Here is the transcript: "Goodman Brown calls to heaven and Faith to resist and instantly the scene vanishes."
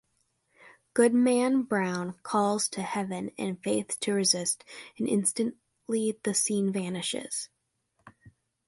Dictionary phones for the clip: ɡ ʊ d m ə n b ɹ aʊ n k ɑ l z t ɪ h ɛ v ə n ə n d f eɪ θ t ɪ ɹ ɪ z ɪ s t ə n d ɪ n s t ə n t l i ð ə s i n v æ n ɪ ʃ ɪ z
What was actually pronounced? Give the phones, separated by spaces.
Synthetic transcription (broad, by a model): ɡ ʊ d m ə n b ɹ aʊ n k ɑ l z t ɪ h ɛ v ə n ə n f eɪ θ t ɪ ɹ ɪ z ɪ s t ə n ɪ n s t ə n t l i ð ə s i n v æ n ɪ ʃ ɪ z